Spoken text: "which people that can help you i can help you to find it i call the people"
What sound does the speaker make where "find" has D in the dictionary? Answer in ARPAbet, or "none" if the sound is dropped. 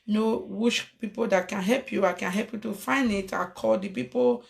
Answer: none